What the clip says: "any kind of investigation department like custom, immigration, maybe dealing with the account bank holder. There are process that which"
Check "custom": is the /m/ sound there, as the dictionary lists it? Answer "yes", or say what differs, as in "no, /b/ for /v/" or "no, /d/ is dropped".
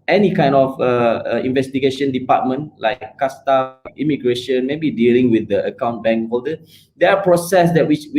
no, /m/ is dropped